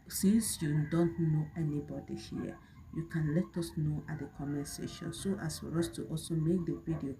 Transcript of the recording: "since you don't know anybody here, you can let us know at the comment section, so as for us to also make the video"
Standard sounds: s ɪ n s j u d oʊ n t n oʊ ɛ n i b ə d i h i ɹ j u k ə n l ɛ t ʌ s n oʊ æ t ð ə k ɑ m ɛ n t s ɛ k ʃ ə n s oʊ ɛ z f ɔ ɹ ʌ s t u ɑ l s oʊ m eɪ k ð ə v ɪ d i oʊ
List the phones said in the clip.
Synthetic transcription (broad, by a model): s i n s j u d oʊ n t n oʊ ɛ n i b ə d i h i j u k ə n l ɛ t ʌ s n oʊ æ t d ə k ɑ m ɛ s ɛ ʃ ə n s oʊ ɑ s f ɔ ɹ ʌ s t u ɑ l s oʊ m eɪ k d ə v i d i oʊ